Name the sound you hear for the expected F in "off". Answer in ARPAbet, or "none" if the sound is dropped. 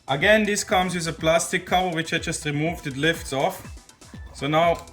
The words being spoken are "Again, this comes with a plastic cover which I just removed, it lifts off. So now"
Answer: F